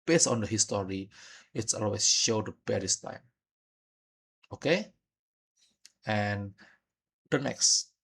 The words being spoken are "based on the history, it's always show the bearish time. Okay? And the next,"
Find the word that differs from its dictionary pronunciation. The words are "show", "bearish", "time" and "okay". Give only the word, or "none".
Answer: bearish